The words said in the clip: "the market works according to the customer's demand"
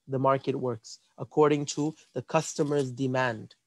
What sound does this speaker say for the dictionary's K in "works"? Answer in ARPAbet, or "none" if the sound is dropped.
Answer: K